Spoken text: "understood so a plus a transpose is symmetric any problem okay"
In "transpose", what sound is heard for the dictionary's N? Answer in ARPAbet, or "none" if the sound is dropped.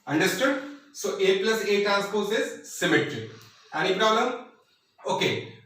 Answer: none